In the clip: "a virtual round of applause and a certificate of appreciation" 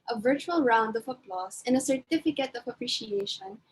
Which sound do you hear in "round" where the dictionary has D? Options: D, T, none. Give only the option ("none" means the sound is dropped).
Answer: D